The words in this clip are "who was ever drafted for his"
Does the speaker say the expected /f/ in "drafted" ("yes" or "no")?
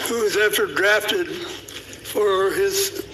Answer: yes